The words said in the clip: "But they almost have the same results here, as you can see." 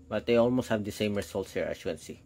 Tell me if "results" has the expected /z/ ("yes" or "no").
no